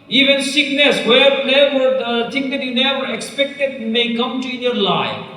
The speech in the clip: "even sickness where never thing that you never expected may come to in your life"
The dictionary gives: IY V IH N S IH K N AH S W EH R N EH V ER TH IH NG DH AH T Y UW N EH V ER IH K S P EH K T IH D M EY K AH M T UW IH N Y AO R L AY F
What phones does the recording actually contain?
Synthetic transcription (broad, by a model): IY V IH N S IH K N AH S W EH R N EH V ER T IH NG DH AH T Y UW N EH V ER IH K S P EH K T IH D M EY K AH M T UW IH N Y AO R L AY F